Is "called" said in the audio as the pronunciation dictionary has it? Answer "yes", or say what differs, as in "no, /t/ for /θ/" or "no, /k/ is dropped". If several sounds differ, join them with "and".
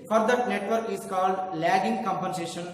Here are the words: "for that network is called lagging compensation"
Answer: yes